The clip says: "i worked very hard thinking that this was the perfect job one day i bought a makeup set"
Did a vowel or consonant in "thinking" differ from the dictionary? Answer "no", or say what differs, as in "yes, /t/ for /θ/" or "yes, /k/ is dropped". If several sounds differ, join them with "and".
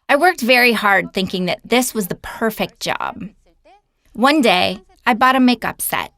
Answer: no